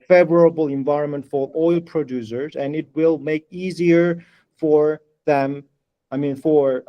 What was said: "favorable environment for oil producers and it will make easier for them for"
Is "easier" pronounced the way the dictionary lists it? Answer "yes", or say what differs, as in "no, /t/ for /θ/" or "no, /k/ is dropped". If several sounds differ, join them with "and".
yes